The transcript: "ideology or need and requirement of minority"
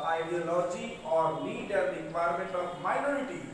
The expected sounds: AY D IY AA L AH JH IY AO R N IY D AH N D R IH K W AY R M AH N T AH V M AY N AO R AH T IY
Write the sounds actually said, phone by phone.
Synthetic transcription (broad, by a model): AY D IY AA L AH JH IY AO R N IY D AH L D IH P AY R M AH N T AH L M AY N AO R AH T IY